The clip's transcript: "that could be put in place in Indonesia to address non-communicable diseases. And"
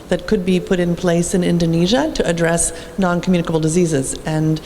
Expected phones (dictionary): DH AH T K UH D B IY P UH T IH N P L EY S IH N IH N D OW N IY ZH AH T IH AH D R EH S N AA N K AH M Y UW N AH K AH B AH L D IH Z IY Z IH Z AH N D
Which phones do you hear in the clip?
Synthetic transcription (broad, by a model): DH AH T K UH D B IY P UH T IH N P L EY S IH N IH N D OW N IY ZH AH T IH AH D R EH S N AA N K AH M Y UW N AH K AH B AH L D IH Z IY Z IH Z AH N